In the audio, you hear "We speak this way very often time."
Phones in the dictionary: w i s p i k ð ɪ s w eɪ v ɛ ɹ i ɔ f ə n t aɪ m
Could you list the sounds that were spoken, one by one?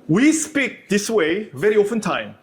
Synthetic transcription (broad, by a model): w i s p i k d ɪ s w eɪ v ɛ ɹ i ɔ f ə n t aɪ m